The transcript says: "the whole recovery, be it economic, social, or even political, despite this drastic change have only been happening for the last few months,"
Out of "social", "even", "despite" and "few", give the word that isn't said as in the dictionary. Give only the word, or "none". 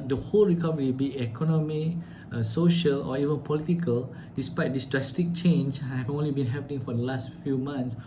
none